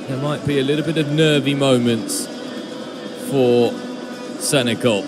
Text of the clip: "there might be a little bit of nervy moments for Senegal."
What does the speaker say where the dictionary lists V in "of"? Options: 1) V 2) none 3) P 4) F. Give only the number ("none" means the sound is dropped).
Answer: 1